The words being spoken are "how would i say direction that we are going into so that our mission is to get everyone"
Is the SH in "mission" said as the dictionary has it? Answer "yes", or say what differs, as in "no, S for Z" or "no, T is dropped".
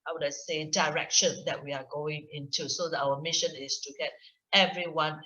yes